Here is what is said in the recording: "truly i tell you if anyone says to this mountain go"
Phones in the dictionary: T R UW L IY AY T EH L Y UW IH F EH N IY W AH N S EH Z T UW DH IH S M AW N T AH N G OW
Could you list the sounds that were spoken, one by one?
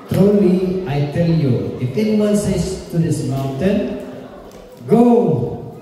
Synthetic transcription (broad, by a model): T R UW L IY AY T EH L Y UW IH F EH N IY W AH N S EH S T UW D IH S M AW N T AH N G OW